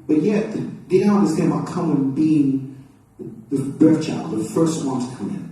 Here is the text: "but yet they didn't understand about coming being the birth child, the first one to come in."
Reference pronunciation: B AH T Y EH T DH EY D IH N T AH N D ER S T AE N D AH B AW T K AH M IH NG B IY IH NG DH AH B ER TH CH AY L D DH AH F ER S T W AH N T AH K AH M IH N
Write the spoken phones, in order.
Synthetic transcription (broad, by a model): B AH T Y EH T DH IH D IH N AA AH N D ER S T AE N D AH AW K AH M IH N B IY IH NG DH AH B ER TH CH AY L D DH AH F ER S T W AH N T AH K AH M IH N